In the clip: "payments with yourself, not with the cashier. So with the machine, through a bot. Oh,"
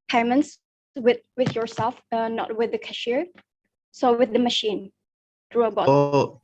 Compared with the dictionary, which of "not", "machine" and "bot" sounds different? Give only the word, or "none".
bot